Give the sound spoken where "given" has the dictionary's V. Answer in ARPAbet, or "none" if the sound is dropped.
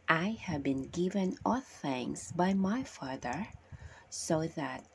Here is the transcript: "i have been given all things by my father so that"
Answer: V